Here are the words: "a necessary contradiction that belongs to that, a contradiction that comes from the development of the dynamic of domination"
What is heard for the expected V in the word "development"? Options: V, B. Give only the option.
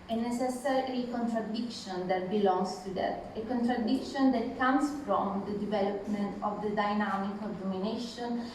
V